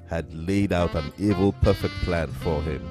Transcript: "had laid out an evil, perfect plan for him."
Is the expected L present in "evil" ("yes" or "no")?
yes